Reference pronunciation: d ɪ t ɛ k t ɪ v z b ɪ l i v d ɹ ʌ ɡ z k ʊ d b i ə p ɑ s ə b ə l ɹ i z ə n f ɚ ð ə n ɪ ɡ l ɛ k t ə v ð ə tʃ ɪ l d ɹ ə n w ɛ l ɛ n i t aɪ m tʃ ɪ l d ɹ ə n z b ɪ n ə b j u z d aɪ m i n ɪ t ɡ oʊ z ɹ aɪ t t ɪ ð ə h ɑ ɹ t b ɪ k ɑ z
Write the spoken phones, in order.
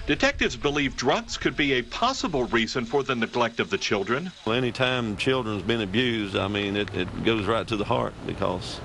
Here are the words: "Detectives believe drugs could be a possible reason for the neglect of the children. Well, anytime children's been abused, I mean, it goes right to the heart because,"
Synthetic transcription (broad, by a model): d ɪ t ɛ k t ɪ v z b ɪ l i v d ɹ ʌ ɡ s k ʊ d b i ə p ɑ s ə b l ɹ i z ə n f ɚ ð ə n ɪ ɡ l ɛ k t ə v ð ə tʃ ɪ l d ɹ ə n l ɛ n i t aɪ m tʃ ɪ l d ɹ ə n z b ɪ n ə b j u z d aɪ m i n ɪ t ɡ oʊ z ɹ aɪ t t ɪ ð ə h ɑ ɹ t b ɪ k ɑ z